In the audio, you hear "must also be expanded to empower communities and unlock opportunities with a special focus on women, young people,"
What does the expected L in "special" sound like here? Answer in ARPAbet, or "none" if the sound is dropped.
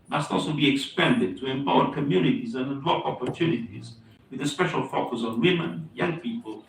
L